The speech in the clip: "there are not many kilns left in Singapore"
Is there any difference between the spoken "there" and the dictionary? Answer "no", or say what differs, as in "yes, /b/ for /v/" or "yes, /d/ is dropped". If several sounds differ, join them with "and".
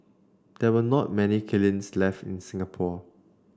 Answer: yes, /w/ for /ɹ/